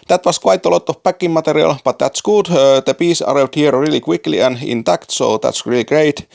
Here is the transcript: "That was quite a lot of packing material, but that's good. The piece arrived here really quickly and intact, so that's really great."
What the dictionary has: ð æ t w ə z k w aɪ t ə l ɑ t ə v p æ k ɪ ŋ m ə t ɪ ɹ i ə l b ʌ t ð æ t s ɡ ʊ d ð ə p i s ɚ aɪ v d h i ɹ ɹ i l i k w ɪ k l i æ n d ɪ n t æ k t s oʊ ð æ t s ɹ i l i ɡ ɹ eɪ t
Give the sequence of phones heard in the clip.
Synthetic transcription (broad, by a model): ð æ t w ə s k w aɪ t ə l ɑ t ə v p æ k ɪ ŋ m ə t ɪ ɹ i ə l b ʌ t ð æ t s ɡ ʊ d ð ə p i s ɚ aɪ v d h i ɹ ɹ i l i k w ɪ k l i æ n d ɪ n t æ k t s oʊ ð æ t s ɹ i l i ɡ ɹ eɪ t